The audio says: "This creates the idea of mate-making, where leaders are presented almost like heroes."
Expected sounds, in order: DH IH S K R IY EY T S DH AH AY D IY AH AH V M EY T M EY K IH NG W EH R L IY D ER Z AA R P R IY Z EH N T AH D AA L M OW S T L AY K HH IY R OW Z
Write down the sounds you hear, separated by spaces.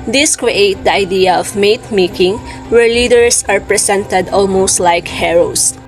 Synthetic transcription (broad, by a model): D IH S K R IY EY T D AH AY D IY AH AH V M EY T M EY K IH NG W EH R L IY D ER S AA R P R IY S EH N T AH D AA L M OW S T L AY K HH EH R OW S